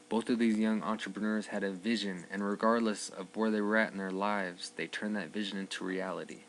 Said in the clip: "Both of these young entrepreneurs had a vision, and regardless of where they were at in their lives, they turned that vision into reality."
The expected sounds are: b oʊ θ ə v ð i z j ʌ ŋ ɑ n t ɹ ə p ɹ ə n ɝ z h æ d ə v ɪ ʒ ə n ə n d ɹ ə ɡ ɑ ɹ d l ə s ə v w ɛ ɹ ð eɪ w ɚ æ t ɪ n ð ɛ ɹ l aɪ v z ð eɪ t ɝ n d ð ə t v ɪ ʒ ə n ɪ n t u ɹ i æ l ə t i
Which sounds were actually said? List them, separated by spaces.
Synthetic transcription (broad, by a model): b oʊ θ ə v ð i z j ʌ ŋ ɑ n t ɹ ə p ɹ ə n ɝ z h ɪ d ə v ɪ ʒ ə n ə n ɹ ə ɡ ɑ ɹ d l ə s ə v w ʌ ɹ ð eɪ w ɚ æ t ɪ n ð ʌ ɹ l aɪ v z ð eɪ t ɝ n ð ə t v ɪ ʒ ə n ɪ n t u ɹ i æ l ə t i